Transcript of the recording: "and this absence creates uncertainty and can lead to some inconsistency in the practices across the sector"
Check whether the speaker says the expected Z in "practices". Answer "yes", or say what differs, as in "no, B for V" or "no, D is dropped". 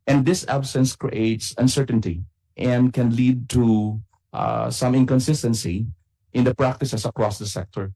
no, S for Z